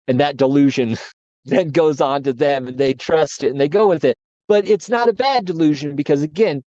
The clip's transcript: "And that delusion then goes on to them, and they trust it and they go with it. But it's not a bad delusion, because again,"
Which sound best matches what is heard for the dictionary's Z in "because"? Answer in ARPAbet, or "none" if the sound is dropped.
Z